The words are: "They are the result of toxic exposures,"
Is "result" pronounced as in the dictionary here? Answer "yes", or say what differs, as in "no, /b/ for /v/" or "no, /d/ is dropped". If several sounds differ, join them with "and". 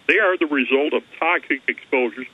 yes